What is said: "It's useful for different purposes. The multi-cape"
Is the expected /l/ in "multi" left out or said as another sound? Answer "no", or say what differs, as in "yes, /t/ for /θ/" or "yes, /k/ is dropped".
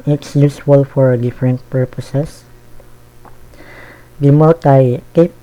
yes, /l/ is dropped